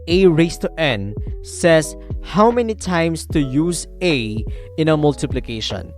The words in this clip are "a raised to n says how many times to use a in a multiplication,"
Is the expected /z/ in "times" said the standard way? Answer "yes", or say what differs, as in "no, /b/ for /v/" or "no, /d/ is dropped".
no, /s/ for /z/